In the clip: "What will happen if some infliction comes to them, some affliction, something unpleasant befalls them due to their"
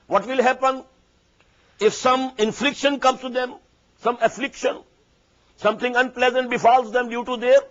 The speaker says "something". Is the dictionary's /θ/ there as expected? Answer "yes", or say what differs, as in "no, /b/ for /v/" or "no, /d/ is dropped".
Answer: no, /t/ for /θ/